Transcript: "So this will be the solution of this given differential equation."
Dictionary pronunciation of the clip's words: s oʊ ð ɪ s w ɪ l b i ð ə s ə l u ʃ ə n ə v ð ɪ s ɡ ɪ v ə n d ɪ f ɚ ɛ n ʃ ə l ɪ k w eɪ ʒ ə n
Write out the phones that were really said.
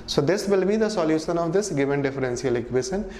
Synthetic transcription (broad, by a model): s oʊ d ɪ s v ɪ l b i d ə s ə l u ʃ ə n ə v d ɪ s ɡ ɪ v ə n d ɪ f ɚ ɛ n s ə l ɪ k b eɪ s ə n